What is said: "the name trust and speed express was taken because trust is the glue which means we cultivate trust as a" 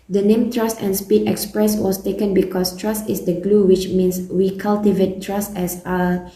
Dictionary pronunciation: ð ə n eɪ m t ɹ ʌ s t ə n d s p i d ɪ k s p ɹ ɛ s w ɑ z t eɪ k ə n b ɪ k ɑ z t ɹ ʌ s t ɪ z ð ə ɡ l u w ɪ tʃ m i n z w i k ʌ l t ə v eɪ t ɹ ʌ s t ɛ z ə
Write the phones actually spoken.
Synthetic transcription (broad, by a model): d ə n eɪ m t ɹ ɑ s t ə n s p i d ɪ k s p ɹ ɛ s w ɑ s t eɪ k ə n b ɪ k ɑ s t ɹ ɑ s t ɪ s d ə ɡ l u w ɪ tʃ m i n s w i k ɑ l t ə v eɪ t ɹ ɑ s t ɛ s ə